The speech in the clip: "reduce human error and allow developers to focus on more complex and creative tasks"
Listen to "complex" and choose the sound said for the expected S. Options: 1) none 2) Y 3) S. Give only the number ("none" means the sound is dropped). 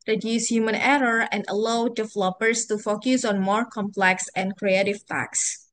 3